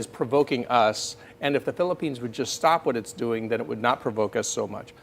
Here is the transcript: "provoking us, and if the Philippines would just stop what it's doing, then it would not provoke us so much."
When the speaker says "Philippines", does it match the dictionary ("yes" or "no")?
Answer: yes